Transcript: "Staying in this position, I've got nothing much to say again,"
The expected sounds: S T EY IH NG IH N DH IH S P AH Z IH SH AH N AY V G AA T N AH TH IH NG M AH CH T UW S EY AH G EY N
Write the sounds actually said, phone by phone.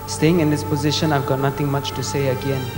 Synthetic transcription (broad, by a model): S T EY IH NG IH N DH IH S P AH Z IH SH AH N AY V G AA T N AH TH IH NG M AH CH T UW S EY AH G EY N